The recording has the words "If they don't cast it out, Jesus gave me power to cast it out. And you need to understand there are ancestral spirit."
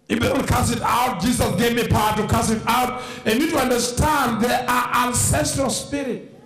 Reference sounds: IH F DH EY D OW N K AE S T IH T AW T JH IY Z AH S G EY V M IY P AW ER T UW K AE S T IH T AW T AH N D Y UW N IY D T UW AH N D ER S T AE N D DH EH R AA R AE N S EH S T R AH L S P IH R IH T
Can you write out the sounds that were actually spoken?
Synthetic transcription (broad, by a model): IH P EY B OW L K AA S IH T AW T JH IY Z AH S G EY V M IY P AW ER T UW K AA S IH T AW T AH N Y N IY D T UW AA N D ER S T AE N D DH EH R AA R AE N S EH S T R AH L S P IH R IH T